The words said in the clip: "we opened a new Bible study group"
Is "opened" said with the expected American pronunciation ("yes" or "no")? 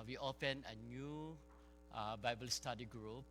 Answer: no